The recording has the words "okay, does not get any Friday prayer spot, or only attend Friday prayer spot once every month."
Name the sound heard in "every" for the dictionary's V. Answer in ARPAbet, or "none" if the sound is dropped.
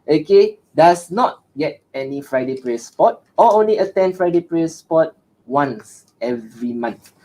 V